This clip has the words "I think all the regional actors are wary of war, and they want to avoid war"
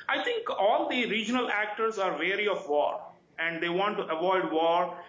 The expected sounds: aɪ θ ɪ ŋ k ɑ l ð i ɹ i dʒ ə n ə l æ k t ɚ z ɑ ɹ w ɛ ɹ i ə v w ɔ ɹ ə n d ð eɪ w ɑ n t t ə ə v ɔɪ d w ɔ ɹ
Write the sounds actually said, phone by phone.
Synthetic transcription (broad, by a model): aɪ t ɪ ŋ k ɑ l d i ɹ i dʒ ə n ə l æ k t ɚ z ɑ ɹ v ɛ ɹ i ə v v ɔ ɹ ə n d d eɪ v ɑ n t t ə ə v ɔɪ d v ɔ ɹ